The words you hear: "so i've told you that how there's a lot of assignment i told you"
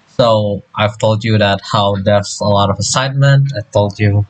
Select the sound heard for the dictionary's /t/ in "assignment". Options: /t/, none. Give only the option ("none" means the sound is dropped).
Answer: /t/